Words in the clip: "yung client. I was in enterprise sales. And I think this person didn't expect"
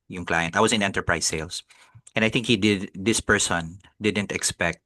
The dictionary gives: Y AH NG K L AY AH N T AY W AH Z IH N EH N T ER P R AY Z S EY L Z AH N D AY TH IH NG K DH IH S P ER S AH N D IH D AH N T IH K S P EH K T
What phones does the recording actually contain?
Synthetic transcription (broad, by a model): Y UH NG K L AY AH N T AY W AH S IH N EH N T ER P R AY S EY L S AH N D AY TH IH NG K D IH S P ER S AH N D IH D AH N T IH K S P EH K T